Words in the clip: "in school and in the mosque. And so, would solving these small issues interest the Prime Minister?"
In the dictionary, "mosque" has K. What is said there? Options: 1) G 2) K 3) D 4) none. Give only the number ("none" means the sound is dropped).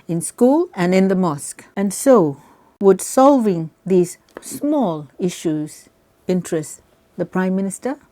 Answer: 2